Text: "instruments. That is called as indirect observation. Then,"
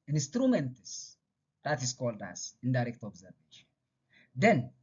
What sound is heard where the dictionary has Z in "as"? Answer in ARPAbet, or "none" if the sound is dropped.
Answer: S